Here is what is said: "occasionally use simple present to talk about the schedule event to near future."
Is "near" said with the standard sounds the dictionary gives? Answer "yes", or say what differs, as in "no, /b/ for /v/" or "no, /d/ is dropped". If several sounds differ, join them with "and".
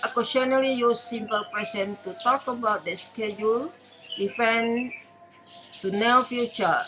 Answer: no, /l/ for /ɹ/